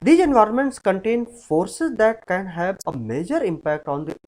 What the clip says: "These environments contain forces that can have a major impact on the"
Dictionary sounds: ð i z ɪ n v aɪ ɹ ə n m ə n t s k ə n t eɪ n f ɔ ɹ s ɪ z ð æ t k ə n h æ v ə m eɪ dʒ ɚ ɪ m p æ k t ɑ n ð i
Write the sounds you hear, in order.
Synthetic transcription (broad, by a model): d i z ɪ n v aɪ ɹ ə n m ə n t s k ə n t eɪ n f ɔ ɹ s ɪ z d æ t k ə n h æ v ə m eɪ dʒ ɚ ɪ m p æ k t ɑ n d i